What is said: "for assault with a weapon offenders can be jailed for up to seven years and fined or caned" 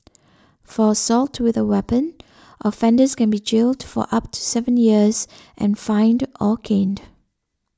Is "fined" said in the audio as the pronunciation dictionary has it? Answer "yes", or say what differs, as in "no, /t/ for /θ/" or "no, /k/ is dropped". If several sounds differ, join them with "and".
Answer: yes